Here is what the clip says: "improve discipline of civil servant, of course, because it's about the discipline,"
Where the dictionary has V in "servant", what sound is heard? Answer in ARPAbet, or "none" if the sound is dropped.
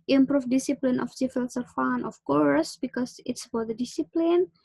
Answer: F